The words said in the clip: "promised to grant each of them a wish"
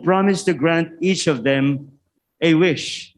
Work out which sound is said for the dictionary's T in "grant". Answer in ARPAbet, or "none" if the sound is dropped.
T